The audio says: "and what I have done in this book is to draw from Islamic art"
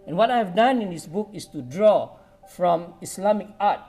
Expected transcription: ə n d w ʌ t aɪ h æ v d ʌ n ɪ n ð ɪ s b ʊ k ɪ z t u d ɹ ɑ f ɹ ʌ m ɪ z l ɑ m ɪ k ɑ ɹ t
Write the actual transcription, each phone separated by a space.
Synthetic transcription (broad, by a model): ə n w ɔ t aɪ h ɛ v d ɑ n ɪ n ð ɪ s b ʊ k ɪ s t u d ɹ ɑ f ɹ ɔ m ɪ s l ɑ m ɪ k ɑ t